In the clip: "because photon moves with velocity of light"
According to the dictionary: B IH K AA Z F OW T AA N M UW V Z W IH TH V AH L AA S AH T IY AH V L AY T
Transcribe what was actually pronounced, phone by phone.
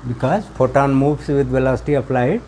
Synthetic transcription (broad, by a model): B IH K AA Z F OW T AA N M UW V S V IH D V AH L AA S AH T IY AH P L AY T